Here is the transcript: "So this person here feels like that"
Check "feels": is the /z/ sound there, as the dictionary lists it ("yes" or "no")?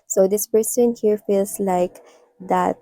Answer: no